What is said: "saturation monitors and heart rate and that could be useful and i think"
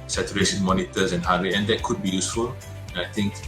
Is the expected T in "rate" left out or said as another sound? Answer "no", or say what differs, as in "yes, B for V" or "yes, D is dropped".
yes, T is dropped